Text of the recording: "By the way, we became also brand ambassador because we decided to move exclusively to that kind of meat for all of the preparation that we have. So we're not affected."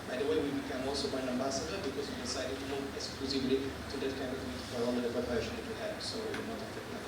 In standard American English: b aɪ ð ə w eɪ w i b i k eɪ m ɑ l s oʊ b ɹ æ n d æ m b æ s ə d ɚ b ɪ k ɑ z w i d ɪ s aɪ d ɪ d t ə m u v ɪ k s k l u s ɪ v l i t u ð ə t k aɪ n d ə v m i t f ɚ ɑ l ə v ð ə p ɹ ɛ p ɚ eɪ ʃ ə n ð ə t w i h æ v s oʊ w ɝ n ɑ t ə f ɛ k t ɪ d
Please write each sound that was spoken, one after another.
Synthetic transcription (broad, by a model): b aɪ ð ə w eɪ w i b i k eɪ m ɑ l s oʊ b ɑ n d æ m b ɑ s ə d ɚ b ɪ k ɑ z w i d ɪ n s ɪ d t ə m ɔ ɪ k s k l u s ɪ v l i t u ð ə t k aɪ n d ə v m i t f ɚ ɑ l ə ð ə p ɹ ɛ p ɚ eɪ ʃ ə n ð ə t w i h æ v s oʊ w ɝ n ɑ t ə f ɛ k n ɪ